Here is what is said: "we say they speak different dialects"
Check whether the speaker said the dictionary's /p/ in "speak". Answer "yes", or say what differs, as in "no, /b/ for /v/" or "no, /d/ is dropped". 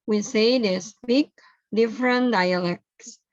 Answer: no, /b/ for /p/